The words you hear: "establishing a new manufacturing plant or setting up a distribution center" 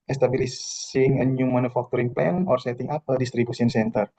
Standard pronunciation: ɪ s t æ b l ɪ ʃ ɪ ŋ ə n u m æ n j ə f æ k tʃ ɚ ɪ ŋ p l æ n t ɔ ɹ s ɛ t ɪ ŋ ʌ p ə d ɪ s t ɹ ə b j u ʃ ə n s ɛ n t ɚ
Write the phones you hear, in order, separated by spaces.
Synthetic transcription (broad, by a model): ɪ s t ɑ b l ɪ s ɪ ŋ ə n u m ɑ n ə f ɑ k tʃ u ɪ ŋ p l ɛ n ɔ ɹ s ɛ t ɪ ŋ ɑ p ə d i s t ɹ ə b u s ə n s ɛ n t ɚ